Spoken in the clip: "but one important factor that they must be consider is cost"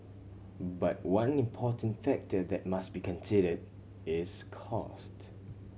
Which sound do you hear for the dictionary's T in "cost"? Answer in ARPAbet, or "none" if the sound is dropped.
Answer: T